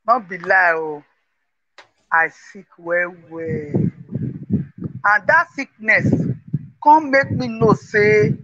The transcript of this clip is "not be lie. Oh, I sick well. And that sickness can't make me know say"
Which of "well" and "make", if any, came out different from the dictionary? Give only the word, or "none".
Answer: well